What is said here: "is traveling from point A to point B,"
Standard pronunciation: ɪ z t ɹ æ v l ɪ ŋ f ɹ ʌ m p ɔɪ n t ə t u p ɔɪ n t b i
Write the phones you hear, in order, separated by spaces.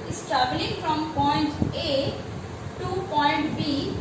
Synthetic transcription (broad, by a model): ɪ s t æ b l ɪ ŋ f ɹ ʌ m p ɔɪ n t ə t u p ɔɪ n t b i